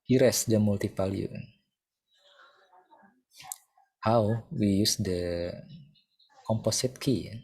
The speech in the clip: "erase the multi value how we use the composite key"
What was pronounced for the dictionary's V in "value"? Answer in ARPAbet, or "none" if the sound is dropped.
P